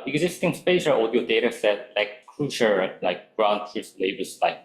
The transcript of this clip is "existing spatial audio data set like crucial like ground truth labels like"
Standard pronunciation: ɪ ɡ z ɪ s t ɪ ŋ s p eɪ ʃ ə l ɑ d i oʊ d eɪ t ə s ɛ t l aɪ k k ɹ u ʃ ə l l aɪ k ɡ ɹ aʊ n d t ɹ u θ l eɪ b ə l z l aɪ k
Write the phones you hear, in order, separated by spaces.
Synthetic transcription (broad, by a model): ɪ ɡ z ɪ s t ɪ ŋ s p eɪ ʃ ə l ɑ d i oʊ d eɪ t ə s ɛ t l aɪ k k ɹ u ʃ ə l l aɪ k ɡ ɹ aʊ n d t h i s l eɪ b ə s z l aɪ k